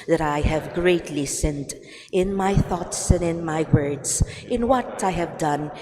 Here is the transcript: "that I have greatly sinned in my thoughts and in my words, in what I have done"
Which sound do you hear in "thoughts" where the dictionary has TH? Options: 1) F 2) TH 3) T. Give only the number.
2